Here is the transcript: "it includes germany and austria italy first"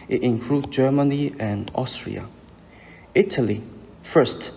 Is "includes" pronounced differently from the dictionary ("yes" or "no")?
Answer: yes